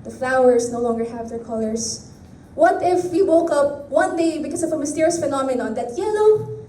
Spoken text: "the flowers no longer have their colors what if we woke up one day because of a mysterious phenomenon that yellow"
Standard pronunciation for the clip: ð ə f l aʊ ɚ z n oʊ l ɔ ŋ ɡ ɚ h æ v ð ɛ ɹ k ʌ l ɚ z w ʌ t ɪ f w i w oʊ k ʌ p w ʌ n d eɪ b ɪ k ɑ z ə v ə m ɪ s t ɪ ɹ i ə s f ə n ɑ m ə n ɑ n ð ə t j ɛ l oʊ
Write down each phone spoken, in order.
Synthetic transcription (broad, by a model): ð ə f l aʊ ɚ s n oʊ l ɔ ŋ ɡ ɚ h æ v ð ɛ ɹ k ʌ l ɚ s w ʌ t ɪ f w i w oʊ k ʌ p w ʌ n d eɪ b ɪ k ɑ s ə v ə m ɪ s t ɪ ɹ i ə s f ə n ɑ m ə n ɑ n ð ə t j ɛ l oʊ